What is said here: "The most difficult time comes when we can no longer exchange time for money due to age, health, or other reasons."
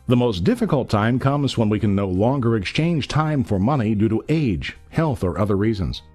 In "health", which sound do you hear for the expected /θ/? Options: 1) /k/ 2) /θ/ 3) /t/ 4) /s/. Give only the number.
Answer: 2